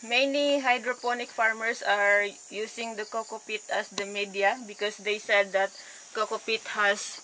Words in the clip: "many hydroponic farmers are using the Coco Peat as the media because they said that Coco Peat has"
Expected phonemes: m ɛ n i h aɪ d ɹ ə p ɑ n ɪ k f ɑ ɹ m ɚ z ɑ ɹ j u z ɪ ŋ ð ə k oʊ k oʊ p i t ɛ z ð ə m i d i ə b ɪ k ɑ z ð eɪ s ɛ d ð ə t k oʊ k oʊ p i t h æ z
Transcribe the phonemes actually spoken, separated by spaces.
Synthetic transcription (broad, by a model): m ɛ n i h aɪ d ɹ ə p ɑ n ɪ k f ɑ ɹ m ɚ s ɑ ɹ j u s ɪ ŋ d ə k oʊ k oʊ p i t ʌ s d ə m i d i ə b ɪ k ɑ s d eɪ s ɛ d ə t k oʊ k oʊ p i t h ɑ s